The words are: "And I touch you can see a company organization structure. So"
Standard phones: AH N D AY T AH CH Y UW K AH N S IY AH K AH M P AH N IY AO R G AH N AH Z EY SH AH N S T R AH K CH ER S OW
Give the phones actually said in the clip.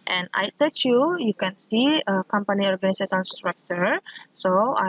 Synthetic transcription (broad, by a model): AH N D AY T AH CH Y UW K AH N S IY AH K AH M P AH N IY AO R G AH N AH S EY S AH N S T R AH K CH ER S OW